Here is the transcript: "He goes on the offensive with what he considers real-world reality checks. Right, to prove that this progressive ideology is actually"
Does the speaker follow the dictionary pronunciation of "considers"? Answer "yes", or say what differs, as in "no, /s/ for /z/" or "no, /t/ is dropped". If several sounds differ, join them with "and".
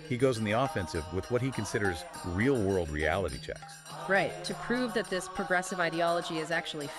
yes